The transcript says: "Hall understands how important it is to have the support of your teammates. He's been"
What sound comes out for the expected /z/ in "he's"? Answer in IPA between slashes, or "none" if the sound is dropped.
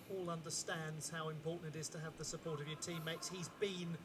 /z/